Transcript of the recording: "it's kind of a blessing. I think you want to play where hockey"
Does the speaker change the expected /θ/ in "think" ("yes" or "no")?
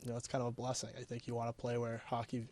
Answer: no